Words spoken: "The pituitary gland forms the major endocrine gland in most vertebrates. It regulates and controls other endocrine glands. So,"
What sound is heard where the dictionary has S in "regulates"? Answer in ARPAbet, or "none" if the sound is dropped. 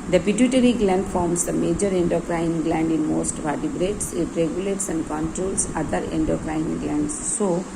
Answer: S